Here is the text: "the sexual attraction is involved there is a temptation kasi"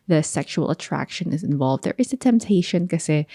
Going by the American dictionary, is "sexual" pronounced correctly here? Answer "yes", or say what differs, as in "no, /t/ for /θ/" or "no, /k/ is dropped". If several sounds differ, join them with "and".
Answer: yes